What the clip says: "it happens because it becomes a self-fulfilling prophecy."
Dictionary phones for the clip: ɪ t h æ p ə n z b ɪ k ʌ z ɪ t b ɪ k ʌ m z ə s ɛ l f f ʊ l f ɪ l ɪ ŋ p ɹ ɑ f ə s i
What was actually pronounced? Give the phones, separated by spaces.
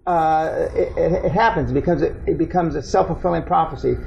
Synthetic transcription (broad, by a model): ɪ t h æ p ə n z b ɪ k ʌ z ɪ t b ɪ k ʌ m z ə s ɛ l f f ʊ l f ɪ l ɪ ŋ p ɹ ɑ f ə s i